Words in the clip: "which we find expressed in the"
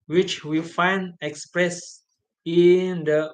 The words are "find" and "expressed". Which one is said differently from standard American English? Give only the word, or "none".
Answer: expressed